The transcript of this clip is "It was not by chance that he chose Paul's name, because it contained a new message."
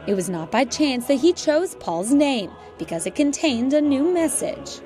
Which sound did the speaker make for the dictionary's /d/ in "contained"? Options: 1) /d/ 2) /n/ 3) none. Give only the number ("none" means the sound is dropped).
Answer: 1